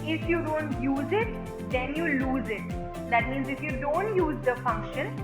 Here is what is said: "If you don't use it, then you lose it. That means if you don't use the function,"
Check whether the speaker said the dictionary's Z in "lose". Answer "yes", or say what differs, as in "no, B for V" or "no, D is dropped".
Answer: yes